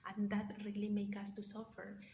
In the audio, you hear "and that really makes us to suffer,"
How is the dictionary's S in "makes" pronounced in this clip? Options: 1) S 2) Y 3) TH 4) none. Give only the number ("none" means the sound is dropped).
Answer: 4